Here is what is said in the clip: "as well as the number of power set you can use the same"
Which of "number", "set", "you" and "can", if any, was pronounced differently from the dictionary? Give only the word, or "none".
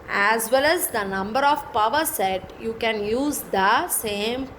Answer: none